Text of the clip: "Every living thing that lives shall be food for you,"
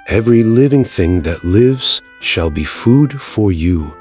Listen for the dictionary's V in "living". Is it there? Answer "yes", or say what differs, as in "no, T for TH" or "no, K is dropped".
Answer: yes